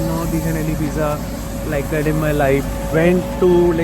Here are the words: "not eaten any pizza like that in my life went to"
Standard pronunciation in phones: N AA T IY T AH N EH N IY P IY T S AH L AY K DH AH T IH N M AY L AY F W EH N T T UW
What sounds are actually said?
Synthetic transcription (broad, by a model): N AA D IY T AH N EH L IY B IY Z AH L AY K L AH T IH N M AY L AY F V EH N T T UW